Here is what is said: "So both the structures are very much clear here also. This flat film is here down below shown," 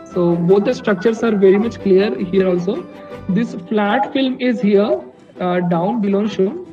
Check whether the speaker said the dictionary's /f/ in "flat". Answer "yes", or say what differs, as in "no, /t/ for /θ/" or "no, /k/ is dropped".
yes